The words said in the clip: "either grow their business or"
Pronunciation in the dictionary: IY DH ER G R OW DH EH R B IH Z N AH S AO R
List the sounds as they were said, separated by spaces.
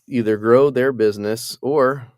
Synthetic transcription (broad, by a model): IY DH ER G R OW DH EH R B IH Z N AH S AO R